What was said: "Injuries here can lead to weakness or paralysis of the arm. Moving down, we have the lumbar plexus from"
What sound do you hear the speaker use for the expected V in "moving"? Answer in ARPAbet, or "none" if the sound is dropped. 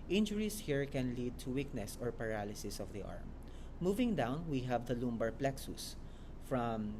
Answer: V